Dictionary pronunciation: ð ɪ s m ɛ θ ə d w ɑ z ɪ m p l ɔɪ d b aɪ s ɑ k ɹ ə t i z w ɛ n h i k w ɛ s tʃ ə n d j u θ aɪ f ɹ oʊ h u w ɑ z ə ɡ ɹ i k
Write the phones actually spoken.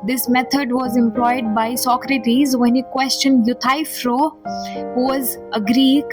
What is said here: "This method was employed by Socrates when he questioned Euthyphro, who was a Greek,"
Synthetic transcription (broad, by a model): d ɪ s m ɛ t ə d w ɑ z ɪ m p l ɔɪ d b aɪ s ɑ k ɹ ə t i z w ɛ n h i k w ɛ s tʃ ə n d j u t aɪ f ɹ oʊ h u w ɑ z ə ɡ ɹ i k